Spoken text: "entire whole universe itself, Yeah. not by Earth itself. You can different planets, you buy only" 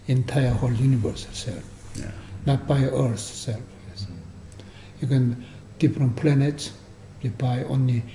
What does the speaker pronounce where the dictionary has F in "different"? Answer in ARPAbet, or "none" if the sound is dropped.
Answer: P